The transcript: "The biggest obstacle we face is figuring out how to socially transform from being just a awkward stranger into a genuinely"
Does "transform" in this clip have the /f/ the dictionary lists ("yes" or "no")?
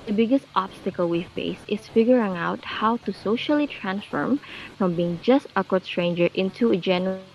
yes